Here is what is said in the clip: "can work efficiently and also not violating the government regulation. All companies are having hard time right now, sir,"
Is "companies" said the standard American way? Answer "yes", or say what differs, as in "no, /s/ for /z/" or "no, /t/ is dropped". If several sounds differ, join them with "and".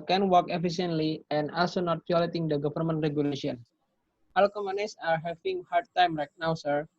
no, /p/ is dropped and /s/ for /z/